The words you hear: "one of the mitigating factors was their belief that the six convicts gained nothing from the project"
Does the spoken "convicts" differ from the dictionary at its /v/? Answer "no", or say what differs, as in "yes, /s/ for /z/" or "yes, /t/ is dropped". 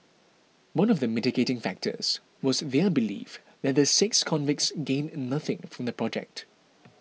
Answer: no